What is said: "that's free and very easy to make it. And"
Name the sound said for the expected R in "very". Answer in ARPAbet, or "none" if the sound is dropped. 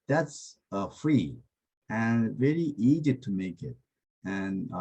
L